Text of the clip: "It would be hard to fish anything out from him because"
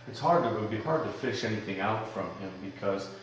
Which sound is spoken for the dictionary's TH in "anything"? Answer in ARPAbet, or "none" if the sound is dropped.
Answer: TH